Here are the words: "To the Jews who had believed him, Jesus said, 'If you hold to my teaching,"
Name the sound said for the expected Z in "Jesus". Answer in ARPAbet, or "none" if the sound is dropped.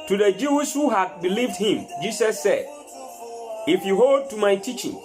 S